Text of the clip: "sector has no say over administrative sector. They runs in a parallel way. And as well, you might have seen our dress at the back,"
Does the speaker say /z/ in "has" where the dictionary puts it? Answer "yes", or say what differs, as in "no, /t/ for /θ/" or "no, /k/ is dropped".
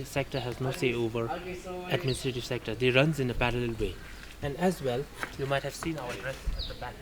yes